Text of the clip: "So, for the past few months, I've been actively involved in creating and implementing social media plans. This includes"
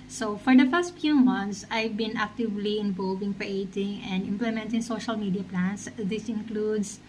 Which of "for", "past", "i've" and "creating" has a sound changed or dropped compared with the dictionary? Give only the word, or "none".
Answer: past